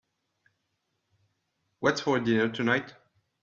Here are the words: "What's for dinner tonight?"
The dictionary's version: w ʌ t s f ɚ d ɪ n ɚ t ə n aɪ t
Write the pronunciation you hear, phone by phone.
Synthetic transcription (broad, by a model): w ʌ t s f ɚ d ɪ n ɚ t ə n aɪ t